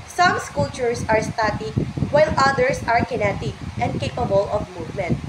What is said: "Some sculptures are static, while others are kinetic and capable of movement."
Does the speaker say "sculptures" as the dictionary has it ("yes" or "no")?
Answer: no